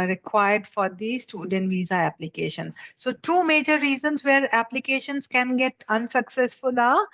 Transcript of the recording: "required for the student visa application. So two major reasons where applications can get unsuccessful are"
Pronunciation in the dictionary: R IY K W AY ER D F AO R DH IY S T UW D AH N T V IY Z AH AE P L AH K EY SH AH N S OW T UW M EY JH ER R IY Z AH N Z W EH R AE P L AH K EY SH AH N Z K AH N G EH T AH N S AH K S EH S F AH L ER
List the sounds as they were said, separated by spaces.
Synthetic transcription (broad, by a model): R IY K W AY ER D F AO R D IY S T UW D AH N T V IY Z AH AE P L AH K EY SH AH N S OW T UW M EY JH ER R IY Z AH N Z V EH R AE P L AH K EY SH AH N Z K AH N G EH T AH N S AH K S EH S F AH L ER